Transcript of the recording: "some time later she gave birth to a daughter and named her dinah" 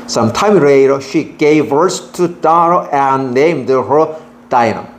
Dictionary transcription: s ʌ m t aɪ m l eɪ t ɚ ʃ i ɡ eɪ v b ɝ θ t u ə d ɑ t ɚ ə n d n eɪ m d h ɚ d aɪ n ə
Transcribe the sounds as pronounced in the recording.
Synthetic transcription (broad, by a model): s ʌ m t aɪ m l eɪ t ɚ ʃ i ɡ eɪ v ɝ s t u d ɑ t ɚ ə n n eɪ m d h ɚ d aɪ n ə